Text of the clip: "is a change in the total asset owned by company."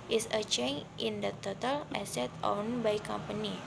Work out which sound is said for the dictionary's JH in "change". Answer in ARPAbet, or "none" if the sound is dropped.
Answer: none